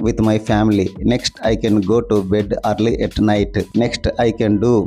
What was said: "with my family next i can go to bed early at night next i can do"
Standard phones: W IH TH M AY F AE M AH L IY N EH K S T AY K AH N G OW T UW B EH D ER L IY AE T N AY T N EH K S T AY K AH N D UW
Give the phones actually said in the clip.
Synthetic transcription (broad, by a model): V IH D M AY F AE M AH L IY N EH K S T AY K AH N G OW T UW B EH D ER L IY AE T N AY T N EH K S T AY K AH N D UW